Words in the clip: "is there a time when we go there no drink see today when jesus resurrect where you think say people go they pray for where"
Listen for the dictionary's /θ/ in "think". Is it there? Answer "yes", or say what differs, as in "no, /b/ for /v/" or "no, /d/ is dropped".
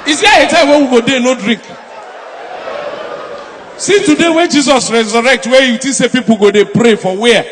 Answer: no, /t/ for /θ/